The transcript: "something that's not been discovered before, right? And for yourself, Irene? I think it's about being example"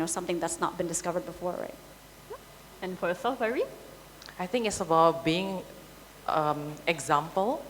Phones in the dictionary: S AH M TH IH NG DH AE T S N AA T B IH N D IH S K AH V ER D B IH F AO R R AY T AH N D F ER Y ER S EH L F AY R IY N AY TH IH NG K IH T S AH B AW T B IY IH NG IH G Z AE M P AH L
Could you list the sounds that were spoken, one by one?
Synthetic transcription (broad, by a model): S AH M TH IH NG DH AE T S N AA T B IH N D IH S K AH V ER D B IH F AO R R AY T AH N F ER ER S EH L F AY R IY AY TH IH NG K IH T S AH B AW T B IY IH NG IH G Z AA M P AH L